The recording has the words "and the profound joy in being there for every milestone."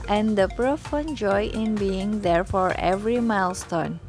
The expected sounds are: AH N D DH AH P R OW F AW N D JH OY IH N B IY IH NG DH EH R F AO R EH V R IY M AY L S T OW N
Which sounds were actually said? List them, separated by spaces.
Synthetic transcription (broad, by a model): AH N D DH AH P R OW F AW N JH OY IH N B IY IH NG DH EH R F AO R EH V R IY M AY L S T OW N